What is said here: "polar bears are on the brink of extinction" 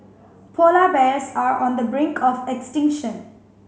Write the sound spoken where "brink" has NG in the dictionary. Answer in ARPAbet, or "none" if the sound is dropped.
NG